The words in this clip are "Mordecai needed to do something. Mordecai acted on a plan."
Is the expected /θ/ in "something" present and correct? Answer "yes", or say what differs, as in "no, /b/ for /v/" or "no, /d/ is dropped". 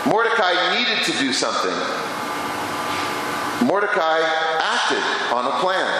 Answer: yes